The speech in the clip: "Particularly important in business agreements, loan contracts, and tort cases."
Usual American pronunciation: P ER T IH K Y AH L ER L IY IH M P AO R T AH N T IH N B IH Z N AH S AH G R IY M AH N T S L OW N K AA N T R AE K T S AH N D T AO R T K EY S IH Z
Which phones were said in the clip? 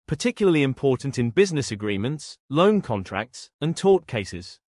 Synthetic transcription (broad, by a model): P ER T IH K Y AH L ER L IY IH M P AO T N T IH N B IH Z N AH S AH G R IY M AH N T S L OW N K AA N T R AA K T S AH N T AO T K EY S IH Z